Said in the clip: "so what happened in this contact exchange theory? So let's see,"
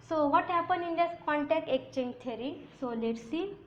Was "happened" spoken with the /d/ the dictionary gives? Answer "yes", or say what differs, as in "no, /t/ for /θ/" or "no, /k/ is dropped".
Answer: no, /d/ is dropped